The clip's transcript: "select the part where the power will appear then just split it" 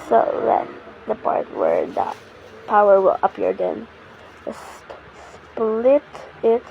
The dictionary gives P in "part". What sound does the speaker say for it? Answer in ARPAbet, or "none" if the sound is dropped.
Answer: P